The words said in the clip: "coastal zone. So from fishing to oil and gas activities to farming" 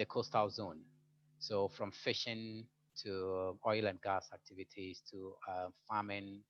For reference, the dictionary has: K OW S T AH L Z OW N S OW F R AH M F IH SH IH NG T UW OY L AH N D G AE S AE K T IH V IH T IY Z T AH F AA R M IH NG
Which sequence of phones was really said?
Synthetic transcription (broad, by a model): K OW S T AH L Z OW N S OW F R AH M F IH SH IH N T UW OY L AH N D G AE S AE K T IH V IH T IY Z T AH F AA M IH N